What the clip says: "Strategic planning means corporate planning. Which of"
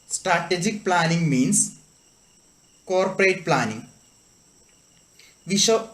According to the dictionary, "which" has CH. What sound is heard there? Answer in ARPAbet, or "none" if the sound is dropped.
SH